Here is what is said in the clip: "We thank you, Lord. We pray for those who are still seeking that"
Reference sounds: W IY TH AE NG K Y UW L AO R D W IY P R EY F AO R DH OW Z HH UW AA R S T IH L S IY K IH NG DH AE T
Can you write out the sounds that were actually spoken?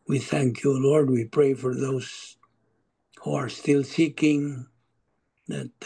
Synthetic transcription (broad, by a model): W IY TH AE NG K Y UW L AO R D W IY P R EY F AO R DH OW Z HH UW AA R S T IH L S IY K IH NG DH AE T